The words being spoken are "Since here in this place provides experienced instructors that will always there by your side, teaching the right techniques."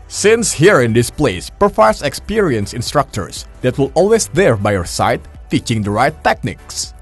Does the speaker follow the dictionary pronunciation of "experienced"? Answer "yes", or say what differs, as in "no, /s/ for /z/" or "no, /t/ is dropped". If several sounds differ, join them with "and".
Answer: no, /t/ is dropped